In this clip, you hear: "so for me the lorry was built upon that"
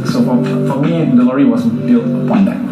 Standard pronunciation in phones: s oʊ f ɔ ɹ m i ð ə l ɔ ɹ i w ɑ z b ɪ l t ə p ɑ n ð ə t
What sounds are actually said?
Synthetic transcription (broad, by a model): s oʊ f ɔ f m i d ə l ɔ ɹ i w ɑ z b ɪ l t ə p ɑ n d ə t